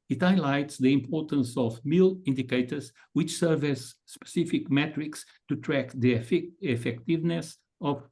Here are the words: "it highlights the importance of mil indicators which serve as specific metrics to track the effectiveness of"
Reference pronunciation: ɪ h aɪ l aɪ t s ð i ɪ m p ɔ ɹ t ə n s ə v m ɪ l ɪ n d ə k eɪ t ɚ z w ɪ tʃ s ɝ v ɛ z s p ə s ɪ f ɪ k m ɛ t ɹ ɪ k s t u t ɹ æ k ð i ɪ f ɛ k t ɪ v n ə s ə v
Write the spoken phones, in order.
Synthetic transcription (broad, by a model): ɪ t aɪ l aɪ t s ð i ɪ m p ɔ ɹ t ə n s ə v m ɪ l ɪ n d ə k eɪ t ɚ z w ɪ tʃ s ɝ v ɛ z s p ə s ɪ f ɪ k m ɛ t ɹ ɪ k s t u t ɹ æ k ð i ɪ f ɛ k t ɪ v n ə s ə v